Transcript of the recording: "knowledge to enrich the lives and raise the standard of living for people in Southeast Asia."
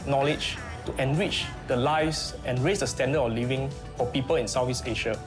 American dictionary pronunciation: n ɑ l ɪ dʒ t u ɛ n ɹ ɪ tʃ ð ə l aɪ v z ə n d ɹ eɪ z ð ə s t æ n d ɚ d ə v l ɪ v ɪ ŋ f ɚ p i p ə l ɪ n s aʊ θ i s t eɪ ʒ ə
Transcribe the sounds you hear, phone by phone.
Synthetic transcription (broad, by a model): n ɑ l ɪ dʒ t u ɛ n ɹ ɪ tʃ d ə l aɪ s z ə n ɹ eɪ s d ə s t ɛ n d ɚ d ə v l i v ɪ ŋ f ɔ p i p ə l ɪ n s aʊ f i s eɪ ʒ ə